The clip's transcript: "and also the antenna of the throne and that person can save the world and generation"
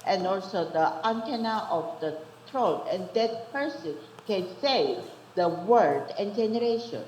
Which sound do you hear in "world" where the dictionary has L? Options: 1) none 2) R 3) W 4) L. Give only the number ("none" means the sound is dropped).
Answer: 1